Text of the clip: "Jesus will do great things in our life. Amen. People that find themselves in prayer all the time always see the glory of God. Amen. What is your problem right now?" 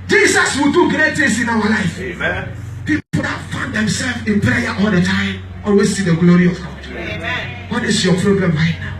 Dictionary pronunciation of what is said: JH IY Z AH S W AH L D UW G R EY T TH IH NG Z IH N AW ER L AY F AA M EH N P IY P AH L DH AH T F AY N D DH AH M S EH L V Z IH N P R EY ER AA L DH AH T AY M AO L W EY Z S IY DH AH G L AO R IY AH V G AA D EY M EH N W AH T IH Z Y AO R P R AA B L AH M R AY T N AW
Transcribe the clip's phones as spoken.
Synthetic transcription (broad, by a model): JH IY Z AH S W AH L D UW G R EY T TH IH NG S IH N AW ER L AY F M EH P IY P AH L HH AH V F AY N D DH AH M S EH L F IH N P R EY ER AA L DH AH T AY M AO L W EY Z S IY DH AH G L AO R IY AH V G AA D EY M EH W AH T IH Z Y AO P R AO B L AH M L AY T N AW